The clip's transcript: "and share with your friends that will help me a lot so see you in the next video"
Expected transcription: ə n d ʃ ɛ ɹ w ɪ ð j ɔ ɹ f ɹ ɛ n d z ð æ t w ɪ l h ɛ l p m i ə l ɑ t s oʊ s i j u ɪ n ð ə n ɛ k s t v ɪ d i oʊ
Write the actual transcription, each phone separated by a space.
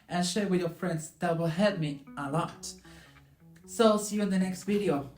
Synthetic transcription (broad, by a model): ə n ʃ ɛ ɹ w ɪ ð j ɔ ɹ f ɹ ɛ n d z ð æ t w ɪ l h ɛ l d m i ə l ɑ t s oʊ s i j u ɪ n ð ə n ɛ k s t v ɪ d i oʊ